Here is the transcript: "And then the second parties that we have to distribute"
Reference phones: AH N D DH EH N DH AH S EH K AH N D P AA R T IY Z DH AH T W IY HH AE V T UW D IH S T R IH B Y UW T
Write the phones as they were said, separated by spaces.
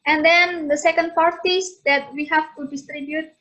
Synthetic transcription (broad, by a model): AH N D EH N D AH S EH K AH N D F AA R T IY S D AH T W IY HH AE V T UW D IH S T R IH B Y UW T